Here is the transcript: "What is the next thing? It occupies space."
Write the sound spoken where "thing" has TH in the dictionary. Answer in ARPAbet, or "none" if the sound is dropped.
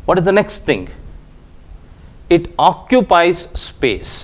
T